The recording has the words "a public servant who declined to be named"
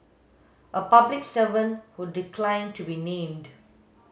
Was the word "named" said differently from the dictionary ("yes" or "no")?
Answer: no